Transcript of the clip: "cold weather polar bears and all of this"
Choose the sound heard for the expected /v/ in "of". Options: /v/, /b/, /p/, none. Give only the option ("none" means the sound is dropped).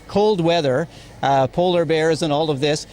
/v/